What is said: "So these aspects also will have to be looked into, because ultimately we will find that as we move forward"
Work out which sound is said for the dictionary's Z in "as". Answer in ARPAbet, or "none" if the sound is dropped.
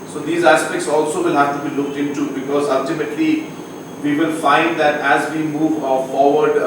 Z